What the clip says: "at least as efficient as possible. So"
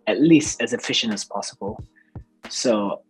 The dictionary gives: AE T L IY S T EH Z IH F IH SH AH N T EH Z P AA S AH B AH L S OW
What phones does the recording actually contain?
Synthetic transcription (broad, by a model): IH T L IY S T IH Z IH F IH SH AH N AH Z P AA S AH B AH L S OW